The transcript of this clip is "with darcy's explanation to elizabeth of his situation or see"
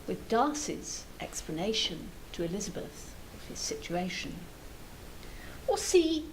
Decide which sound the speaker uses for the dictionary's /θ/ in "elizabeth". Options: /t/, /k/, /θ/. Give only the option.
/θ/